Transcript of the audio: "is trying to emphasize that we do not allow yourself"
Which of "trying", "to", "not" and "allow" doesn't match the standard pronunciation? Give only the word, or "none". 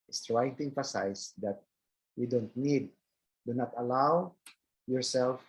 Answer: none